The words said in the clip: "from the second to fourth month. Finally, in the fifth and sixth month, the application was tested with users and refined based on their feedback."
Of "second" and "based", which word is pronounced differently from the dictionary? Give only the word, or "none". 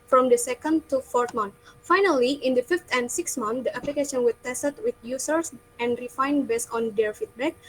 based